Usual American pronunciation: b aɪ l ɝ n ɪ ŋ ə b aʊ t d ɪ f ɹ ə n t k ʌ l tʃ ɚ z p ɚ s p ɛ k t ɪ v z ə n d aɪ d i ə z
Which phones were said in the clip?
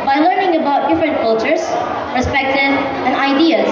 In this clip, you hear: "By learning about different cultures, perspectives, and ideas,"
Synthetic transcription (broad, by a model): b aɪ l ɝ n ɪ ŋ ə b aʊ t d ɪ f ɹ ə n k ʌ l tʃ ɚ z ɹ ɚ s p ɛ k t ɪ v ə n aɪ d i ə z